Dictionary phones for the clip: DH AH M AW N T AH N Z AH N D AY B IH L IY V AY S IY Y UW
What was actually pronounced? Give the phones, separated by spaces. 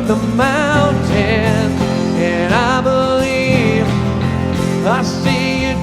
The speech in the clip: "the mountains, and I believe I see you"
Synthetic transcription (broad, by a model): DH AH M AW N T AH N AH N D AY B IH L IY V AY S IY Y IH